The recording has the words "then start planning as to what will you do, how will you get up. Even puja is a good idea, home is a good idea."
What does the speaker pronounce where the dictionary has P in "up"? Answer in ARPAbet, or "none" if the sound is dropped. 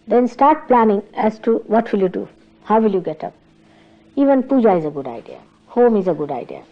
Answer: P